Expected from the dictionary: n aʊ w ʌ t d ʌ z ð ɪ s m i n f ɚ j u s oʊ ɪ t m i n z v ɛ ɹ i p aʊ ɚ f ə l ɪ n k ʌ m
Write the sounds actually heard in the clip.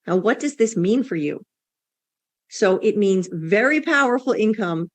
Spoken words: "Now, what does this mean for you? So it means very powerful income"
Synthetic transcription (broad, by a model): n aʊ w ʌ t d ʌ z ð ɪ s m i n f ɚ j u s oʊ ɪ t m i n z v ɛ ɹ i p aʊ ɚ f l ɪ n k ʌ m